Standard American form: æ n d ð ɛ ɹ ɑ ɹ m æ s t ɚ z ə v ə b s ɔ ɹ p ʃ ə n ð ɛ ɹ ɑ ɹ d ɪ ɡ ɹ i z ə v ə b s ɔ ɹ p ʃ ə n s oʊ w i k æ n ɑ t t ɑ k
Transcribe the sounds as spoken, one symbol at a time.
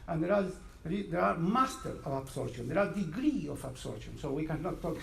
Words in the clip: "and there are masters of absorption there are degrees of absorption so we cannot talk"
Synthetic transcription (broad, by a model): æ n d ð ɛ ɹ ɑ ɹ m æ s t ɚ ə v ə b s ɔ ɹ ʃ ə n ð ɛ ɹ ɑ ɹ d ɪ ɡ ɹ i ə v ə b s ɔ ɹ ʃ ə n s oʊ w i k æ n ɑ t t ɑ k